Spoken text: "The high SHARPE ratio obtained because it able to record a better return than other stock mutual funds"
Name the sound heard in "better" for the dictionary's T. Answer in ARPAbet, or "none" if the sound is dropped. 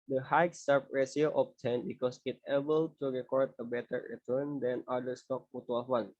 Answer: T